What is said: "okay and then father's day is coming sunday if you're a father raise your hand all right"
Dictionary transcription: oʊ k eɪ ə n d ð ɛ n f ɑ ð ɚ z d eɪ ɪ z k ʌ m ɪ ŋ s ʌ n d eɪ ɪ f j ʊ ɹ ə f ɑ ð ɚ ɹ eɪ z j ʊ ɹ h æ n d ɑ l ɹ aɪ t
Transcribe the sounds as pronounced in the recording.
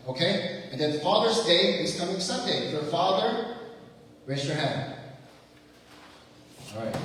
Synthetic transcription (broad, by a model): oʊ k eɪ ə n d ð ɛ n f ɑ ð ɚ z d eɪ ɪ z k ʌ m ɪ ŋ s ʌ n d eɪ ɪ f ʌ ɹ f ɑ ð ɚ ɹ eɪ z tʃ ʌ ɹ h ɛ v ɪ n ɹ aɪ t